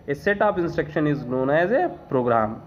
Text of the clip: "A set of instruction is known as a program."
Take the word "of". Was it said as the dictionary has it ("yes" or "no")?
no